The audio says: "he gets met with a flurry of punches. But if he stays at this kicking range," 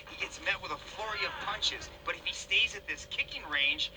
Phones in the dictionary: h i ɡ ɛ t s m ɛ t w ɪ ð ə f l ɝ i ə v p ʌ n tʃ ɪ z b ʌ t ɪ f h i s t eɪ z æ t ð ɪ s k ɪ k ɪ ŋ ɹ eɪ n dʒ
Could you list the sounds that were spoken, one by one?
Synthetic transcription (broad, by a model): h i ɡ ɛ t s m ɛ t w ɪ ð ə f l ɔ i ə v p ʌ n tʃ ɪ z b ʌ t ɪ f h i s t eɪ z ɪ t ð ɪ s k ɪ k ɪ ŋ ɹ eɪ n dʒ